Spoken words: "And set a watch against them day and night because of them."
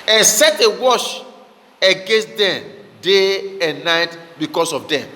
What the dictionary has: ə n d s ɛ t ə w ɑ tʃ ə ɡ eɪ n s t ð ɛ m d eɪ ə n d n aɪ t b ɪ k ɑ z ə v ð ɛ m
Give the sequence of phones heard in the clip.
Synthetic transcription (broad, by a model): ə n s ɛ t ə w ɑ ʃ ə ɡ eɪ n s t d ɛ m d eɪ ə n n aɪ t b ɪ k ɑ s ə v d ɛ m